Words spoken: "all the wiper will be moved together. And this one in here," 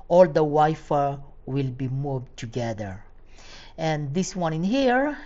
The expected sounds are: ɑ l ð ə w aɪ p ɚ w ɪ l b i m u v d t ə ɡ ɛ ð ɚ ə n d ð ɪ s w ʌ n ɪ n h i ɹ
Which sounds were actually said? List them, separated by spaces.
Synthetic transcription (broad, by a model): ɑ l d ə w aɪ f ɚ w ɪ l b i m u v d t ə ɡ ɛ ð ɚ ə n d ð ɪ s w ʌ n ɪ n h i ɹ